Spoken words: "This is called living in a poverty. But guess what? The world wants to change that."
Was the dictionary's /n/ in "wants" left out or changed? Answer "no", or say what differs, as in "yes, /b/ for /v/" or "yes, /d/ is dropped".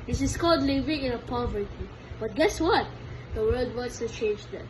yes, /n/ is dropped